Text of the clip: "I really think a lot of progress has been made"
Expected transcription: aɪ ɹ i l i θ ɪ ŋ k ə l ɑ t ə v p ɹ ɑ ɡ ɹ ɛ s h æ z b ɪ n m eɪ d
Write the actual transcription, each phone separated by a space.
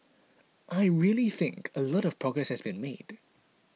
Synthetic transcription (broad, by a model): aɪ ɹ i l i θ ɪ ŋ k ə l ɑ t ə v p ɹ ɑ ɡ ɹ ɛ s h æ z b ɪ n m eɪ d